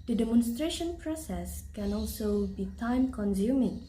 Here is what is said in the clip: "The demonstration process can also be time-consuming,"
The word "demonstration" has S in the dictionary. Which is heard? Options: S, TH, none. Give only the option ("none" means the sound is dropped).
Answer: S